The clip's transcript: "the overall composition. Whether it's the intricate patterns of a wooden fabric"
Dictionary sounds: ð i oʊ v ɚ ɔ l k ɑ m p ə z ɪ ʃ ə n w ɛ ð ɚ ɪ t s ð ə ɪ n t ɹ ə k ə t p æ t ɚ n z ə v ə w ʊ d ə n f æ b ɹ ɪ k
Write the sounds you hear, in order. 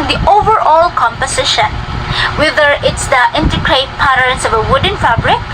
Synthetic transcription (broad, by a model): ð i oʊ v ɚ ɔ l k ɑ m p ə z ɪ ʃ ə n w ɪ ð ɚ ɪ t s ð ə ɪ n t ə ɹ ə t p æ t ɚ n s ə v ə w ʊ d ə n f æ b ɹ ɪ k